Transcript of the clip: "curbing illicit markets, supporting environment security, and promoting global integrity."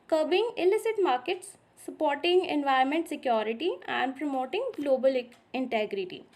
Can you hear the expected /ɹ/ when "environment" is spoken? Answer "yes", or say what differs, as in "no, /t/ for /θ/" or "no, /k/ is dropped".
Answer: no, /ɹ/ is dropped